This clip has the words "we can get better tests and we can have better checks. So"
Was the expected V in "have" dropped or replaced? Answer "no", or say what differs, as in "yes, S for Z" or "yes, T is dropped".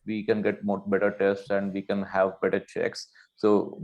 no